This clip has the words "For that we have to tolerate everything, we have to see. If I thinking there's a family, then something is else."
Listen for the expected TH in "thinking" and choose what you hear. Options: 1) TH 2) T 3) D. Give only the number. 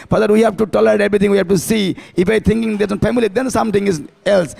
2